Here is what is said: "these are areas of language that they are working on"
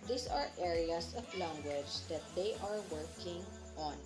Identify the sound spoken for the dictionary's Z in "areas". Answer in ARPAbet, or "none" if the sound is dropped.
S